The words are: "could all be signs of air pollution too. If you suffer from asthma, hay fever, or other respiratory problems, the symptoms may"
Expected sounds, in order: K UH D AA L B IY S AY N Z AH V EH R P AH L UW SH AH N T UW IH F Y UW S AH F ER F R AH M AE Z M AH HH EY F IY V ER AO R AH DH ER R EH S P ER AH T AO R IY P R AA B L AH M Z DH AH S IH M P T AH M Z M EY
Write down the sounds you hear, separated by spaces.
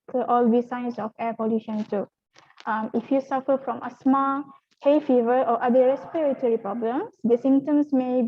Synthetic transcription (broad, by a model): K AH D AA L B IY S AY N S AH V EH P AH L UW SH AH N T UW IH F Y UW S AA F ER F R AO M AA S M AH HH EY F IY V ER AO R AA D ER R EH S P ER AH T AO R IY P R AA B L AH M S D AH S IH M T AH M S M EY